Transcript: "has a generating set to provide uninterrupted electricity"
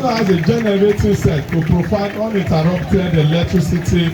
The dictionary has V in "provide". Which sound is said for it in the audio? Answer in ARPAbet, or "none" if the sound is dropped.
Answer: F